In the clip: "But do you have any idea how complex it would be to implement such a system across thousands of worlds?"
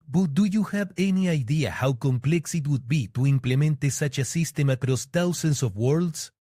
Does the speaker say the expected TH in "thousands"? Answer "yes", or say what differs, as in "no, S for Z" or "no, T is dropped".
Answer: no, T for TH